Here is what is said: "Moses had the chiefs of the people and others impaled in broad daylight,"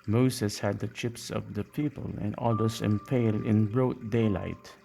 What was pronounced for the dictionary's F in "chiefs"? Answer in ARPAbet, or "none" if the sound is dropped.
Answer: P